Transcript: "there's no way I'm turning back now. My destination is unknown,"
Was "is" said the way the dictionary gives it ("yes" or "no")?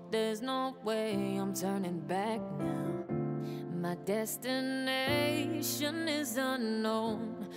yes